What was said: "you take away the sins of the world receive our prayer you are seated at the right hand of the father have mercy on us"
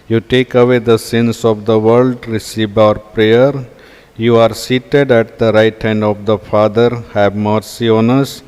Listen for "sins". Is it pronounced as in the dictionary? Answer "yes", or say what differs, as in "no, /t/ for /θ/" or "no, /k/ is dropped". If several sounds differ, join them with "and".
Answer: no, /s/ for /z/